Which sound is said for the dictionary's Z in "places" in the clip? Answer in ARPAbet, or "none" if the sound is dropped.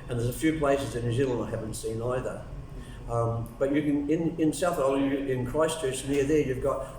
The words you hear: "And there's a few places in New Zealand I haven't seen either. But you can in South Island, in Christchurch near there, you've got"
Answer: Z